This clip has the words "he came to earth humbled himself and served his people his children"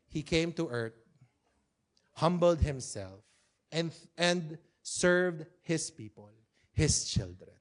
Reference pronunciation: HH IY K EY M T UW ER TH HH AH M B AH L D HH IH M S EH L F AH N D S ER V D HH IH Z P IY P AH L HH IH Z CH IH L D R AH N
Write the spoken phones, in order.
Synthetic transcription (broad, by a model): HH IY K EY M T UW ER T HH AH M B AH L D HH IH M S EH L F AH N D S ER V D HH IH S P IY P AH L HH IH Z CH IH L D R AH N